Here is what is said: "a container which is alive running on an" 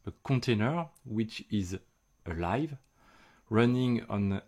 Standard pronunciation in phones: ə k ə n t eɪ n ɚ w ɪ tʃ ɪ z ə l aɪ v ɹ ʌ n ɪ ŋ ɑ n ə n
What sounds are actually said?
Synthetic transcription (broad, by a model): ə k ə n t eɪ n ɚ w ɪ tʃ ɪ z ə l aɪ v ɹ ʌ n ɪ ŋ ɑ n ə n